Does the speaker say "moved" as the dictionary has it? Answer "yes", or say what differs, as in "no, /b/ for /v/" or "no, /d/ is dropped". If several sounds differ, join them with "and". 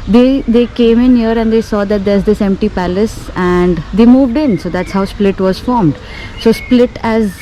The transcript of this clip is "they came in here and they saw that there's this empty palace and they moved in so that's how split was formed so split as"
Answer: yes